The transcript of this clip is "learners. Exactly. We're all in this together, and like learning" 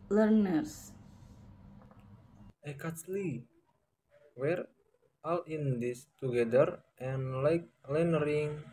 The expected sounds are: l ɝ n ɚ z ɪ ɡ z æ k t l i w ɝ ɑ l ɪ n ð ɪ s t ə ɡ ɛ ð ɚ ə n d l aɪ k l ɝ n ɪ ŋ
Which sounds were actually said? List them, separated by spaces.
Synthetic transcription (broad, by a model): l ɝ n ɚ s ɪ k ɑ t l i w ɝ ɑ l ɪ n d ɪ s t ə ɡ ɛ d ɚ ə n l aɪ k l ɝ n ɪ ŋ